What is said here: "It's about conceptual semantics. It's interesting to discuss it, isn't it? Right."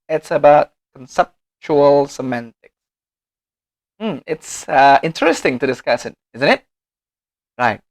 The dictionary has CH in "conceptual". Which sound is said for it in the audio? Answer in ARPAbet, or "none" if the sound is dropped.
CH